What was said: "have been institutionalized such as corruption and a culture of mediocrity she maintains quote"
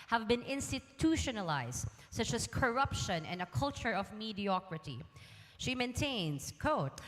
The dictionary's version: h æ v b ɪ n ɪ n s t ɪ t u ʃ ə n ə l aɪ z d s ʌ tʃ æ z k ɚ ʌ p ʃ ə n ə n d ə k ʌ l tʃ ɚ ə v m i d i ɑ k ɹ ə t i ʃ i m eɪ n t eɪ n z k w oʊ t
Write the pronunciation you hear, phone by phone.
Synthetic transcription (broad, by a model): h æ v b ɪ n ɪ n s t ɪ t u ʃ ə n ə l aɪ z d s ʌ tʃ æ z k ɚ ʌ p ʃ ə n ə n d ə k ʌ l tʃ ɚ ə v m i d i ɑ k ɹ ə t i ʃ i m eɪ n t eɪ n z k oʊ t